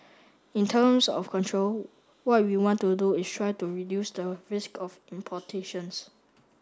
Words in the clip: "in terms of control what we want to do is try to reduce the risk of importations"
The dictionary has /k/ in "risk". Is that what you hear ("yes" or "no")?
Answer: yes